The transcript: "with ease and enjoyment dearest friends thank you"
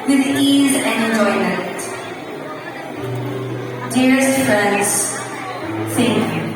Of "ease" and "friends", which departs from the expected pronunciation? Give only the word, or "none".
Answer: none